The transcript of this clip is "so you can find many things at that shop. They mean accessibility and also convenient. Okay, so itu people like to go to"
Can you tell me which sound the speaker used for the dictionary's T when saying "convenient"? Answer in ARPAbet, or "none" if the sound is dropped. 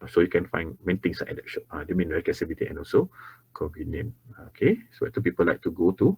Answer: none